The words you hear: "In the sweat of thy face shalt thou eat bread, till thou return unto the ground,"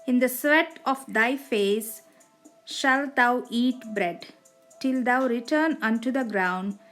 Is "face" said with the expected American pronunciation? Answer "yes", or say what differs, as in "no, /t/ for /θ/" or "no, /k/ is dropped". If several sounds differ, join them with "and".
yes